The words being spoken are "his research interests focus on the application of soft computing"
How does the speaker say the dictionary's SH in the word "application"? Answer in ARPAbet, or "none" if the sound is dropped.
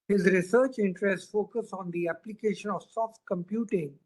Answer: SH